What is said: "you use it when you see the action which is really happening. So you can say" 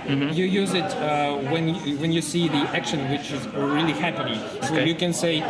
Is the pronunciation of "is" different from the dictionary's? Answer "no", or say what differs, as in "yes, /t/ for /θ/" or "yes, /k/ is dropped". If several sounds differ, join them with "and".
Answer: no